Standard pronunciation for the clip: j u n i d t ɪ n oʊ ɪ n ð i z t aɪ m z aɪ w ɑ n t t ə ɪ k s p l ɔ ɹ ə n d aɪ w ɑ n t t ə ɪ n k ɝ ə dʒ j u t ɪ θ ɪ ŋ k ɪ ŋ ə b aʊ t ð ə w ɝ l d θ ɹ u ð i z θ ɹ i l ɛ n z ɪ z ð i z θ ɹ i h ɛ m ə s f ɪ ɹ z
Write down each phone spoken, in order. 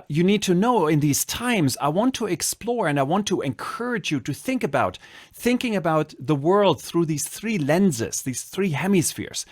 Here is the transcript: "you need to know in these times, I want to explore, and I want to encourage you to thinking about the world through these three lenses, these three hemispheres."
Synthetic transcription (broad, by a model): j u n i d t ɪ n oʊ ɪ n ð i z t aɪ m z aɪ w ɑ n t t ə ɪ k s p l ɔ ɹ ə n d aɪ w ɑ n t t ə ɪ n k ɝ ə dʒ j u t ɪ θ ɪ ŋ k ɪ ŋ ə b aʊ t ð ə w ɝ l d θ ɹ u ð i z θ ɹ i l ɛ n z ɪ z ð i z θ ɹ i h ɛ m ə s f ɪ ɹ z